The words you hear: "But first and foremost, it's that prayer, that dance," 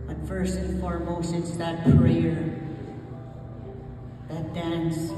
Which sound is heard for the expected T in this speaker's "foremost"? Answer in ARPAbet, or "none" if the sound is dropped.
none